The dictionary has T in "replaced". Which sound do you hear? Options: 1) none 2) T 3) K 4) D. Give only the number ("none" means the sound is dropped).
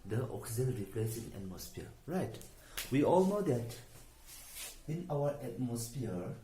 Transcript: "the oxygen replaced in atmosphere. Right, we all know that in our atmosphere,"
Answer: 1